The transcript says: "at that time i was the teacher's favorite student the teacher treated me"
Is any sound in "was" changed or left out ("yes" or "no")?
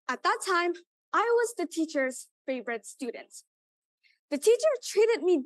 no